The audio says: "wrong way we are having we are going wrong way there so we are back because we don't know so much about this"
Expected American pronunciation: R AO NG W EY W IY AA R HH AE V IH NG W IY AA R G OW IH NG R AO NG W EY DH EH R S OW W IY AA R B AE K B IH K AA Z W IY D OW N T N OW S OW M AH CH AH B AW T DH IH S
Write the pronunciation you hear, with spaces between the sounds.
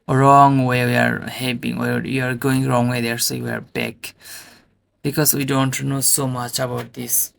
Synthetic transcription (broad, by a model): R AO NG W EY W IY AA R HH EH P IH NG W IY AA R G OW IH NG R AO NG W EY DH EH R S OW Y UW AA R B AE K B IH K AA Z W IY D OW N T N OW S OW M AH CH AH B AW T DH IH S